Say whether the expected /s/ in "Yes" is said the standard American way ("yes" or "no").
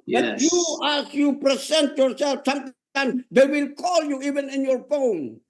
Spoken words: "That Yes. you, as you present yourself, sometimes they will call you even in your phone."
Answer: no